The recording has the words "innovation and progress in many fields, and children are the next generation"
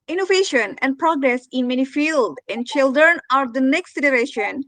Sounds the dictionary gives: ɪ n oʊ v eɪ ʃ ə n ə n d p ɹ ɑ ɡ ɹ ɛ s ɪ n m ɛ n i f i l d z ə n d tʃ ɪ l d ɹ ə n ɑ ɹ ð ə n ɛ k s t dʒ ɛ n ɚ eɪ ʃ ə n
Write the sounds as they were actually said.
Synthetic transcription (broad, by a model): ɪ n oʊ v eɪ ʃ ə n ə n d p ɹ ɑ ɡ ɹ ɛ s ɪ n m ɛ n i f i l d ə n d tʃ ɪ l d ɹ ə n ɑ ɹ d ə n ɛ k s t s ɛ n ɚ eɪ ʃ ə n